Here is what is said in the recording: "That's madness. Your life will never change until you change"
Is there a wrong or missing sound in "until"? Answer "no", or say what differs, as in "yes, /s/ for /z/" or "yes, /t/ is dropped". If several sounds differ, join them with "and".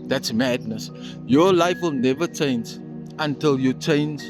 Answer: no